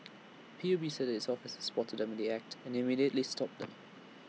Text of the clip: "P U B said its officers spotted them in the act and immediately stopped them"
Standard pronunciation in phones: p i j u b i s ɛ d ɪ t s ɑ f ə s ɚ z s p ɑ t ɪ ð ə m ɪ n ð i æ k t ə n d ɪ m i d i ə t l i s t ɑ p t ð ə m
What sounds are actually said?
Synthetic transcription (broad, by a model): p i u b i s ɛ d ɪ t s ɑ f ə s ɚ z s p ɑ t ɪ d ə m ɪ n ð i æ k t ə n ɪ m i d i ə t l i s t ɑ p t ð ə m